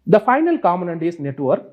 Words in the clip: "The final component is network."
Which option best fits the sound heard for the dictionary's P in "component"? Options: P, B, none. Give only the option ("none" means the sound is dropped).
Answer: none